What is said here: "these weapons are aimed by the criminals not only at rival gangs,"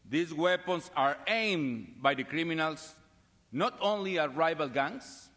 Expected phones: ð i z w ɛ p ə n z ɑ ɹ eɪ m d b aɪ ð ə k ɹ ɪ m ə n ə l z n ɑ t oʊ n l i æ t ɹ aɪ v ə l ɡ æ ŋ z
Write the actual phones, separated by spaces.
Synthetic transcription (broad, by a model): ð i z w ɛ p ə n s ɑ ɹ eɪ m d b aɪ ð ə k ɹ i m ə n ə l s n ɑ t oʊ n l i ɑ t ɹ aɪ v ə l ɡ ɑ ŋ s